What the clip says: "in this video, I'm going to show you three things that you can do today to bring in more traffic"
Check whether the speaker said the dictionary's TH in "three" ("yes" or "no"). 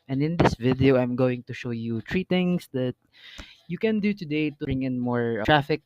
no